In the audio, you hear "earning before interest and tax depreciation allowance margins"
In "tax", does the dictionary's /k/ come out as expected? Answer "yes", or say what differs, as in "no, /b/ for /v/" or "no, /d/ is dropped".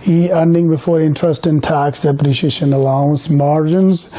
yes